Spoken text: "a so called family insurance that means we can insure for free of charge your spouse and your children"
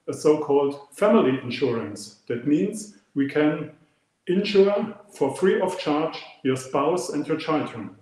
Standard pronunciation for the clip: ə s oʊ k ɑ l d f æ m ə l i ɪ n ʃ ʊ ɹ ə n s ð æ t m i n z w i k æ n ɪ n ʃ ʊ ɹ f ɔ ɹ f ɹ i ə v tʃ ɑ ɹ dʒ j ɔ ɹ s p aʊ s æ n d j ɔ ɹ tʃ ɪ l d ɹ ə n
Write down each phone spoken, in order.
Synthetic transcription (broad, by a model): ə s oʊ k ɑ l d f æ m ə l i ɪ n ʃ ʊ ɹ ə n s ð æ t m i n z w i k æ n ɪ n ʃ ʊ ɹ f ɔ ɹ f ɹ i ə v tʃ ɑ ɹ dʒ j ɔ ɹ s p aʊ s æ n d j ɔ ɹ tʃ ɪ l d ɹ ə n